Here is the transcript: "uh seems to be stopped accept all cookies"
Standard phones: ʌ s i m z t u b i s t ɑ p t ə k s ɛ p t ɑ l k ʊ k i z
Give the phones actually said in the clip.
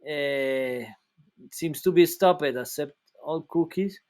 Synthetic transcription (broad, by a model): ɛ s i m s t u b i s t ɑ p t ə s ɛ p t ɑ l k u k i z